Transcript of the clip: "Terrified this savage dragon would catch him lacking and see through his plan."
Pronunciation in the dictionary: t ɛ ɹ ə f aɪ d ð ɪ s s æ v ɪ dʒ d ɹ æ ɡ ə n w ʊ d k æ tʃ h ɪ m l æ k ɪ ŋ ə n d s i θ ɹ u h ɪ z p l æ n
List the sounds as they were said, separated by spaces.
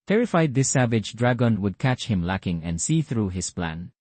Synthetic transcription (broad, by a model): t ɛ ɹ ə f aɪ d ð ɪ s s æ v ɪ dʒ d ɹ æ ɡ ə n w ʊ d k æ tʃ h ɪ m l æ k ɪ ŋ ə n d s i θ ɹ u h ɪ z p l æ n